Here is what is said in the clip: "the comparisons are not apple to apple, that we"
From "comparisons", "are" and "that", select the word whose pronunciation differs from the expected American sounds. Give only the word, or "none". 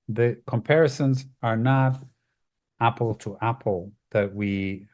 none